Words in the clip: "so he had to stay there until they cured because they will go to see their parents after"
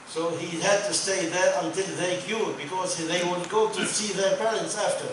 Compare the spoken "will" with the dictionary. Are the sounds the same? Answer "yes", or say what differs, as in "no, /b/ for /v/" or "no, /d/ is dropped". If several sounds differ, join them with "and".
no, /n/ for /l/